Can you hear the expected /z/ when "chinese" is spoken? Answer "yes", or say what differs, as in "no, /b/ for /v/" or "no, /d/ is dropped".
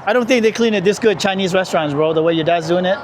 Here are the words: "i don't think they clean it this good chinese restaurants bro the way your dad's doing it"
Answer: yes